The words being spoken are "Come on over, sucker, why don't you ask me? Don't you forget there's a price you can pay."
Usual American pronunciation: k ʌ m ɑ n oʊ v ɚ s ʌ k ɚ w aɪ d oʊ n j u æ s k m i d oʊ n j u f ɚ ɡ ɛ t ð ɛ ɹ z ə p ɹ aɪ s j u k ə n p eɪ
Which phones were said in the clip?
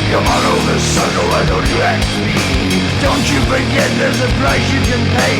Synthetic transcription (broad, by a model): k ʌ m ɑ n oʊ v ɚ s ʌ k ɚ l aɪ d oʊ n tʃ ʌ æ k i d oʊ n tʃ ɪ f ɚ ɡ ɛ t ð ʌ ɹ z ə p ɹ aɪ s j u k ə n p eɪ